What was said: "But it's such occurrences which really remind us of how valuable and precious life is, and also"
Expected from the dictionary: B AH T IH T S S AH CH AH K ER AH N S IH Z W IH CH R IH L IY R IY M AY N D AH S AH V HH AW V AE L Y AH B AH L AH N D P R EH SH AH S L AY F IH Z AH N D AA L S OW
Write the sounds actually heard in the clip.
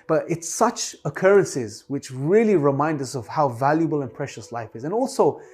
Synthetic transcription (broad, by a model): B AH T IH T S S AH CH AH K ER AH N S IH Z W IH CH R IH L IY R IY M AY N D AH S AH V HH AW V AE L Y AH B AH L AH N P R EH SH AH S L AY F IH Z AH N AA L S OW